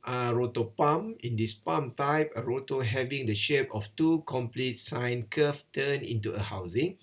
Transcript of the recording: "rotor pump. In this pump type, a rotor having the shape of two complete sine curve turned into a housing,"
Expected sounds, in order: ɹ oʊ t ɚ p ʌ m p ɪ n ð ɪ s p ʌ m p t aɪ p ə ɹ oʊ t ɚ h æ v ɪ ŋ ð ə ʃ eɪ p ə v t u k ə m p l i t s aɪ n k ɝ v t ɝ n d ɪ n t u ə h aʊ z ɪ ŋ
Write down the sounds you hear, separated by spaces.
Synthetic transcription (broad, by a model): ɹ oʊ t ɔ p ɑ m ɪ n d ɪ s p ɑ m t aɪ p ə ɹ oʊ t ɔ h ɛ v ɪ ŋ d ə ʃ eɪ p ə f t u k ə m p l i t s aɪ n k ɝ f t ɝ n ɪ n t u ə h aʊ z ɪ ŋ